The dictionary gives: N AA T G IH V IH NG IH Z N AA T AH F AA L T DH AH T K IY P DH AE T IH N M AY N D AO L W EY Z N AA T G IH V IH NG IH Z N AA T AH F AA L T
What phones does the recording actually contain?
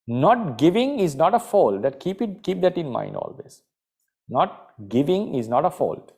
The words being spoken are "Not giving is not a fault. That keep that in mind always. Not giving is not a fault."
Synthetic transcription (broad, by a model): N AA T G IH V IH NG IH Z N AA T AH F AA L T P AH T K IY P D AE T IH N M AY N D AO L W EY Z N AA T G IH V IH NG IH Z N AA T AH F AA L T